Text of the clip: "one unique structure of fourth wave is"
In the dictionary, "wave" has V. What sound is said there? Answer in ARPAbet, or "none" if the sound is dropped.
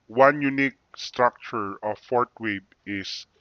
B